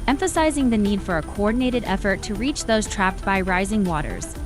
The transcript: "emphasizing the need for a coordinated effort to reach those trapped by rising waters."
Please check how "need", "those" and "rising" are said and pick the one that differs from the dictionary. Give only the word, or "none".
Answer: none